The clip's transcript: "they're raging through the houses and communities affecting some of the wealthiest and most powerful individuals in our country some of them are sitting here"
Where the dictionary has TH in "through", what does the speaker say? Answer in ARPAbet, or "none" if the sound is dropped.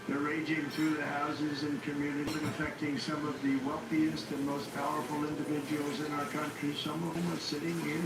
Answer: TH